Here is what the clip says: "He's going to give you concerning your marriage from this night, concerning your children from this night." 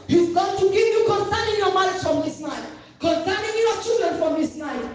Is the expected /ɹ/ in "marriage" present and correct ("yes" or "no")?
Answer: no